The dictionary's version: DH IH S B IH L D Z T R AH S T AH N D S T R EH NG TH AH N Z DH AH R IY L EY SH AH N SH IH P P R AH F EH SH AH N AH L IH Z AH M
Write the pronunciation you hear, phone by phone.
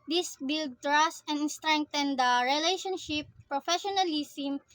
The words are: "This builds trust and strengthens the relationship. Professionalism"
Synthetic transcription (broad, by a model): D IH S B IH L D T R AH S T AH N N S T R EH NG T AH N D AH R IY L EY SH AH N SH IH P P R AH F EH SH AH N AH L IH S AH M